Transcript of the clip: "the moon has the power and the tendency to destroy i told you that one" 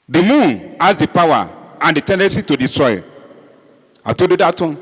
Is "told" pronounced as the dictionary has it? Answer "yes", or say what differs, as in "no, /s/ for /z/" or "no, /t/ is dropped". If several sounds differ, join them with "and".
no, /l/ is dropped